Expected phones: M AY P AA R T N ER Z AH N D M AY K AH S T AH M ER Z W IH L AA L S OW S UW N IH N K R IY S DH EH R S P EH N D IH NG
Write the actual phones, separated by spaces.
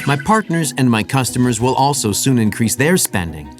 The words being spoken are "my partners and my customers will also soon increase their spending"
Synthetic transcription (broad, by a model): M AY P AA R T N ER Z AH N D M AY K AH S T AH M ER Z W IH L AA L S OW S UW N IH N K R IY S DH EH R S P EH N D IH NG